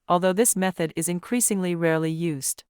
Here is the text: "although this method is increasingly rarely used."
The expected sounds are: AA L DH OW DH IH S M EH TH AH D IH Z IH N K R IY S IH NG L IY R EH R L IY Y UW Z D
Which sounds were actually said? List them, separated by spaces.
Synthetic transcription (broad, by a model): AA L DH OW DH IH S M EH TH AH D IH Z IH N K R IY S IH NG L IY R EH R L IY Y UW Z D